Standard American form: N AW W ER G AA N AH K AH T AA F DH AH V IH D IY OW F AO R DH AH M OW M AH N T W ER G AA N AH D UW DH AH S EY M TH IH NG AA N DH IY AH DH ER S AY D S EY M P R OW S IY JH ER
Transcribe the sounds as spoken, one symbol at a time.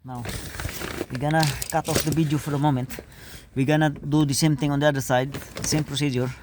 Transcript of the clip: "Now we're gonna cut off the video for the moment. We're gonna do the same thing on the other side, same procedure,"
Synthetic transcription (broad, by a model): N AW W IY G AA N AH K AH T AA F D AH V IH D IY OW F AO R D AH M OW M AH N T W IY G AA N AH D UW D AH S EY M T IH NG AA N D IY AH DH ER S AY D S EY M P R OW S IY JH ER